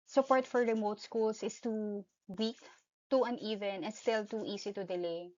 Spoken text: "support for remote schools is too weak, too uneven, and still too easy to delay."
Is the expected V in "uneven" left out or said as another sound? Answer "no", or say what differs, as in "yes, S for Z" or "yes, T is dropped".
no